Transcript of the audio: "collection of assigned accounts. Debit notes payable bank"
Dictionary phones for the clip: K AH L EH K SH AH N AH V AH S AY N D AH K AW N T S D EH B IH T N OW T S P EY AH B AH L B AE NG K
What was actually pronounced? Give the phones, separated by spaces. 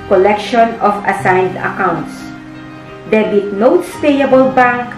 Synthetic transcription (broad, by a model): K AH L EH K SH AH N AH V AH S AY N D AH K AW N T S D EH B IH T N OW T S P EY AH B AH L B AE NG K